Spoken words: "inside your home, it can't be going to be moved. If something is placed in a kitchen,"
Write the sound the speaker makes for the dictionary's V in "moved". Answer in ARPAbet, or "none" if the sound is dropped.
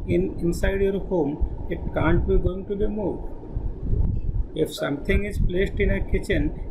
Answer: none